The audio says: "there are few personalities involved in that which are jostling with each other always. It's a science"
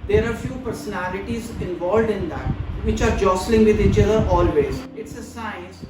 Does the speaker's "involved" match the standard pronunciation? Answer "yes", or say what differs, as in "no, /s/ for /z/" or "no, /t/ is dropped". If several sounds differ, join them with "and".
yes